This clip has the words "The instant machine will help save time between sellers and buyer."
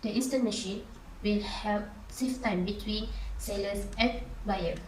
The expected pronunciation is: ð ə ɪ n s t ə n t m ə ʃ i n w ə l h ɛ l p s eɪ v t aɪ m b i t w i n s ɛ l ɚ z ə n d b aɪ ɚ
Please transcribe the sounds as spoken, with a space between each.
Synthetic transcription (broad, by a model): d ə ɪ s t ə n m ə ʃ i n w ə l h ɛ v s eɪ f t aɪ m b i t w i n s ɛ l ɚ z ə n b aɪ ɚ